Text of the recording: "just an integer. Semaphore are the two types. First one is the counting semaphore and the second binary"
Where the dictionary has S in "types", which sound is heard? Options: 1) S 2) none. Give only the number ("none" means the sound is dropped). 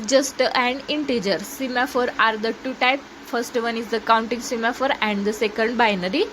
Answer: 2